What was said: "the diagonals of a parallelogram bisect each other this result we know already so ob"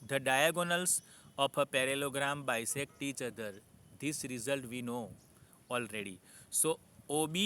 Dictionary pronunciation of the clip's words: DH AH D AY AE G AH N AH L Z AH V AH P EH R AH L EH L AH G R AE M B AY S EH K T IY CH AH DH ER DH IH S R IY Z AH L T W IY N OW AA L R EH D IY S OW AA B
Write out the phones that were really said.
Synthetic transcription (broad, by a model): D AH D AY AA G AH N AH L S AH P AH P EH R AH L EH L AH G R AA M B AY S EH K T IY CH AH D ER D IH S R IY Z AH L T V IY N OW AA L R EH D IY S OW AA B